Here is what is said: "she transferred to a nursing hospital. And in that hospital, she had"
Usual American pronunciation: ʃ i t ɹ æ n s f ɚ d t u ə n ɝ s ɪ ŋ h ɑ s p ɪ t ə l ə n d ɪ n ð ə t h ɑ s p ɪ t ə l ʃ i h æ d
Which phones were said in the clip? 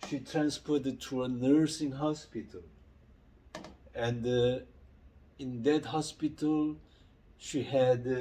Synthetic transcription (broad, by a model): ʃ i t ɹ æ n s p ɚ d t u ə n ɝ s ɪ ŋ h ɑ s p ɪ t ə l ə n d ɪ n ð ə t h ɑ s p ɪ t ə l ʃ i h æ d